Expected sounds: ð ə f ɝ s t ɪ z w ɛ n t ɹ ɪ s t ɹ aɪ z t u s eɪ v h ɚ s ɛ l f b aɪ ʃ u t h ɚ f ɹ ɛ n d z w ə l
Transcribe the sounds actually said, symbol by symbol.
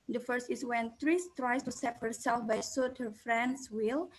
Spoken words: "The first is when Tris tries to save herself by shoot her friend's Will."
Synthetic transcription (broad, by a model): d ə f ɝ s t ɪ s w ɛ n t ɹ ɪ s t ɹ aɪ s t u s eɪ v h ɚ s ɛ l f b aɪ s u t h ɚ f ɹ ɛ n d s w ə l